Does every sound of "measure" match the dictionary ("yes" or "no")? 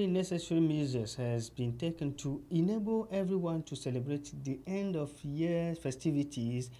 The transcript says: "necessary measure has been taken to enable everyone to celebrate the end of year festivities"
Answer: no